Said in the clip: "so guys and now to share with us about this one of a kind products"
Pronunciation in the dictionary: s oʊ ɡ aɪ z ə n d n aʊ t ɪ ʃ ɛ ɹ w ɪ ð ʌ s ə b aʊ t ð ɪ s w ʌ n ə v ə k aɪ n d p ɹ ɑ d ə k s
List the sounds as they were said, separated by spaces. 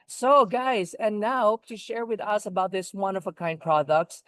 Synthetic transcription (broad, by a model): s oʊ ɡ aɪ z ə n n aʊ t ɪ ʃ ɛ ɹ w ɪ ð ʌ s ə b aʊ t ð ɪ s w ʌ n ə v ə k aɪ n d p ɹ ɑ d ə k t